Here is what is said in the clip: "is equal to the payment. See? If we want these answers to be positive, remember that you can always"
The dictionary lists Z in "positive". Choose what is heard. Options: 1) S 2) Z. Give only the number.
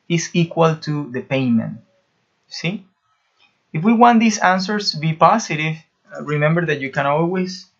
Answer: 1